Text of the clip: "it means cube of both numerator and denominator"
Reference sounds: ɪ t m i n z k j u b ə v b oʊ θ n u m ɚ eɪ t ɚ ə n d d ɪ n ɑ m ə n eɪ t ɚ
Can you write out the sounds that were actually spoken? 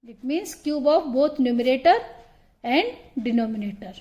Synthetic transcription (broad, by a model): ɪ t m i n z k j u b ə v b oʊ t n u m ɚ eɪ t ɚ ə n d d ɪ n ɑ m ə n eɪ t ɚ